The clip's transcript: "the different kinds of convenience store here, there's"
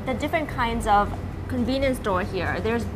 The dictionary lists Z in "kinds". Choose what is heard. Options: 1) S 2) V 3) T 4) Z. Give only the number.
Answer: 4